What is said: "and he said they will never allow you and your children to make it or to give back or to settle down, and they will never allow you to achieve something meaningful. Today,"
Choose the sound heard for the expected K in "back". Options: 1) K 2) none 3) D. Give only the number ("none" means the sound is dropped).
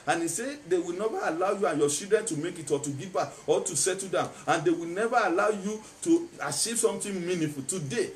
2